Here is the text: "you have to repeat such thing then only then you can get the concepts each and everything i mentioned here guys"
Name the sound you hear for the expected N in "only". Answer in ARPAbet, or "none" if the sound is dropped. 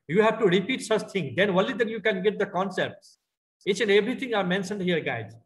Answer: none